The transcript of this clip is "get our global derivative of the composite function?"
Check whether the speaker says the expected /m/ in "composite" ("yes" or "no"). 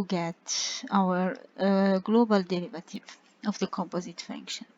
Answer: yes